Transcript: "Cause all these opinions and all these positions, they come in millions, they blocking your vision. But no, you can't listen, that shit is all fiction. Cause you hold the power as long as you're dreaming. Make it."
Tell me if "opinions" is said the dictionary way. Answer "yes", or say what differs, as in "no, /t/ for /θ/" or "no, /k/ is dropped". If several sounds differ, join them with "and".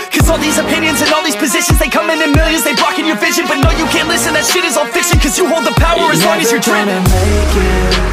yes